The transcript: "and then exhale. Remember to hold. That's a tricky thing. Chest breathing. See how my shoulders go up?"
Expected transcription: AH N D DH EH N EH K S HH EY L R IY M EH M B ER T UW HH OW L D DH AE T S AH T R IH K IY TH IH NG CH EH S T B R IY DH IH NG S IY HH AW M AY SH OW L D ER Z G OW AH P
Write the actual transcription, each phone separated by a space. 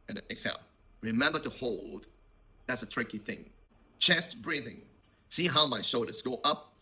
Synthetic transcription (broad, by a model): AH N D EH EH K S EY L R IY M EH M B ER T UW HH OW L D DH AE T S AH T R IH K IY TH IH NG CH EH S T B R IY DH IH NG S IY HH AW M AY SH OW D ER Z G OW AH P